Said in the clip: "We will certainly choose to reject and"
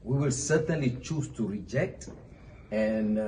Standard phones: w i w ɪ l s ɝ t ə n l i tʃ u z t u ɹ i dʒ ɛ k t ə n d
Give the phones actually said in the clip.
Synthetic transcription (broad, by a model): w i w ɪ l s ɝ t ə n l i tʃ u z t u ɹ i dʒ ɛ k t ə n